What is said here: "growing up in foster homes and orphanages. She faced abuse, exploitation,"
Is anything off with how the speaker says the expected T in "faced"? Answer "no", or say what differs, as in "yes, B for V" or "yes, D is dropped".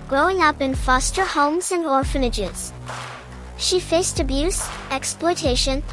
no